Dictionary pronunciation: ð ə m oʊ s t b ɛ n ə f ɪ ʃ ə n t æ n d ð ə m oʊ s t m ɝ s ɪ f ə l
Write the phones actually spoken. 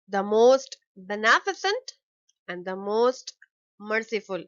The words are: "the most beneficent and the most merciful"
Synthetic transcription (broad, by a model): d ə m oʊ s t b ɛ n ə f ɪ s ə n t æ n d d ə m oʊ s t m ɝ s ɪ f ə l